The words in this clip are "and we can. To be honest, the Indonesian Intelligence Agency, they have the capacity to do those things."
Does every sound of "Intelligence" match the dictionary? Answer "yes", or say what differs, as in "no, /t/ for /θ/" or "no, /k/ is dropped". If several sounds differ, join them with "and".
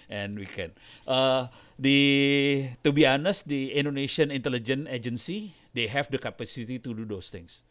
no, /s/ is dropped